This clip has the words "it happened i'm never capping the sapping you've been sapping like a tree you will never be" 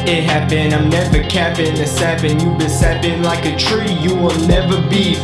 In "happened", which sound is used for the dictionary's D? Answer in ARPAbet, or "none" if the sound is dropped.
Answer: none